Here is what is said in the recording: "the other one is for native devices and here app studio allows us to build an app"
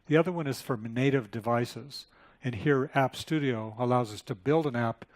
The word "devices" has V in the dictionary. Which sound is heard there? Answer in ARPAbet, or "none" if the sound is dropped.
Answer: V